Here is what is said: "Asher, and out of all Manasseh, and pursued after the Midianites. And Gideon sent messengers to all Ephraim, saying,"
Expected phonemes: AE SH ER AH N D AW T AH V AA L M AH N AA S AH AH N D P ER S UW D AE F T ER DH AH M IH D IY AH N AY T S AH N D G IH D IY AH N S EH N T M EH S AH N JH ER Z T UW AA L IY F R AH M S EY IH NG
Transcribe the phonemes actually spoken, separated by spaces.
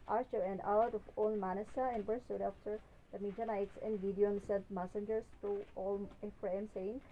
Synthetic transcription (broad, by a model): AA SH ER AH N D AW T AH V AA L M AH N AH S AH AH N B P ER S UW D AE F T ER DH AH M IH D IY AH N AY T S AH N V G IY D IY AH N S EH T M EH S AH N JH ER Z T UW AA L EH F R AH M S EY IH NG